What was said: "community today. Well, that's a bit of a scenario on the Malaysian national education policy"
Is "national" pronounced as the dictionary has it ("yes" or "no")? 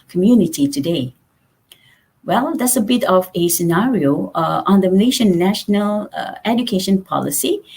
yes